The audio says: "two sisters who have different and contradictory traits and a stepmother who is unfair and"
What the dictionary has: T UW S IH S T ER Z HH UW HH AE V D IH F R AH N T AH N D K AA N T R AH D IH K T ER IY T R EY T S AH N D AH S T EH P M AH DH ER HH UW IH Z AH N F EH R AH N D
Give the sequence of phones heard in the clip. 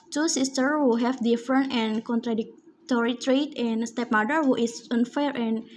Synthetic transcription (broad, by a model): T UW S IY S T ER HH UW HH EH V D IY F R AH N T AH N K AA N T R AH D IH K T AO IY T R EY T AH N S T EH P M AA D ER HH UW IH S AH N F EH R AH N